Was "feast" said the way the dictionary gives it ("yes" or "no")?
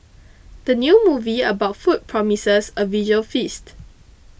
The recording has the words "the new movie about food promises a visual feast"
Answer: yes